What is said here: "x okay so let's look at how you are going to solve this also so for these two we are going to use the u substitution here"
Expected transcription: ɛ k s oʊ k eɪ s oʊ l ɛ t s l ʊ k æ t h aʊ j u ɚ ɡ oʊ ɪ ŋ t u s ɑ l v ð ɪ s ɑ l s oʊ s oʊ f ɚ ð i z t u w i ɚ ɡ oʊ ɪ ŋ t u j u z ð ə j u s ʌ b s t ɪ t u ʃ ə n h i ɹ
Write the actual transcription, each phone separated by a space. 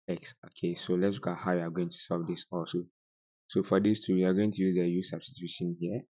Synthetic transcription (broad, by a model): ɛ k s oʊ k eɪ s oʊ l ɛ t s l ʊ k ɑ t h aʊ j u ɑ ɡ oʊ ɪ ŋ t u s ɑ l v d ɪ s ɑ l s oʊ s oʊ f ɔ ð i s t u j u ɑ ɡ oʊ ɪ ŋ t u j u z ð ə j u s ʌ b s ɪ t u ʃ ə n h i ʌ